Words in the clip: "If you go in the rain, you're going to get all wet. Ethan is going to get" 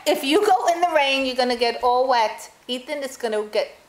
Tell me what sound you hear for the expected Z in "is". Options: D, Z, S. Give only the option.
S